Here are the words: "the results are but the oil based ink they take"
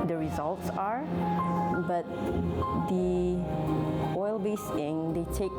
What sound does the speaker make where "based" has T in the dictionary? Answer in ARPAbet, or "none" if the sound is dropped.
none